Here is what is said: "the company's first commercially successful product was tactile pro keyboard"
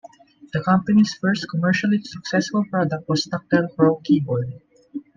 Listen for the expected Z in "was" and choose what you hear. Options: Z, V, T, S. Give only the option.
S